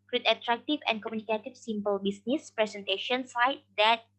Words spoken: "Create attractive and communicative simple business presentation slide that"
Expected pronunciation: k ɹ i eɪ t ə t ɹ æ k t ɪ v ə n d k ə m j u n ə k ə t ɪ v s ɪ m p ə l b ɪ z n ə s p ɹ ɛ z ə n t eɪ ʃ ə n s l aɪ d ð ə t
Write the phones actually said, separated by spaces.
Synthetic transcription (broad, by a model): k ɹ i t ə t ɹ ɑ k t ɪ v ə n k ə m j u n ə k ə t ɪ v s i m p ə l b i s n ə s p ɹ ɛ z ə n t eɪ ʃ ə n s aɪ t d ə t